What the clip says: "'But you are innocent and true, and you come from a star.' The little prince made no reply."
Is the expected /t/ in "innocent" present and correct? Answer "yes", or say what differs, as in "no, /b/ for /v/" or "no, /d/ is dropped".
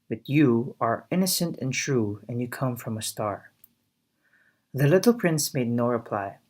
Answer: yes